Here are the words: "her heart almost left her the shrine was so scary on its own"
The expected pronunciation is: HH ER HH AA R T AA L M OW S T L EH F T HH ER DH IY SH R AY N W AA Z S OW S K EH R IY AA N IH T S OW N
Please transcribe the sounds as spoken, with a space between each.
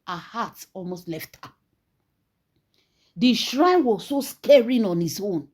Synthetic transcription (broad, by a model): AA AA HH AA T AA L M OW S T L EH F T HH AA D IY SH R AY N W AA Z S OW S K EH R IY AA N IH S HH OW N